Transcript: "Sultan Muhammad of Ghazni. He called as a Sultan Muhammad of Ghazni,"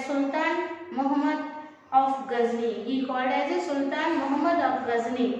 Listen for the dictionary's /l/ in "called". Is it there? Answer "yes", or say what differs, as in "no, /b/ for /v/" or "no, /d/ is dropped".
no, /l/ is dropped